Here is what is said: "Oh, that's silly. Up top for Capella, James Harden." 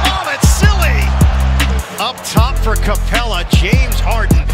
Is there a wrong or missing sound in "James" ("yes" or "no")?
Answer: no